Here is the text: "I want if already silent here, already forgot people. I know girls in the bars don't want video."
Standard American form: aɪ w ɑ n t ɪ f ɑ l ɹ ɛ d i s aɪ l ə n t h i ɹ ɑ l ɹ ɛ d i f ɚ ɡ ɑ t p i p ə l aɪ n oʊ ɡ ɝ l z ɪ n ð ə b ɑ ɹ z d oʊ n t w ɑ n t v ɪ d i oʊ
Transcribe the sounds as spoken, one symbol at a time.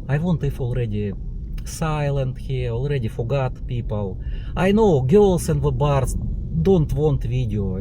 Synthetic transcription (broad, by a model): aɪ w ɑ n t ɪ f ɑ l ɹ ɛ d i s aɪ l ə n t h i ɑ l ɹ ɛ d i f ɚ ɡ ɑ t p i p ə l aɪ n oʊ ɡ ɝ l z ɪ n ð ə b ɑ ɹ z d oʊ n t w ɑ n t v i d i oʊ